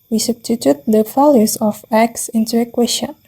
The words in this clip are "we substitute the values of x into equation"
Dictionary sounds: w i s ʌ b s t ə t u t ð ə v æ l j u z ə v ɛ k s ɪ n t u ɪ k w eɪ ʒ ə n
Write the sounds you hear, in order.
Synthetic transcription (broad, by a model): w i s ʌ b s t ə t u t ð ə f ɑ l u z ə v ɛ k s ɪ n t u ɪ k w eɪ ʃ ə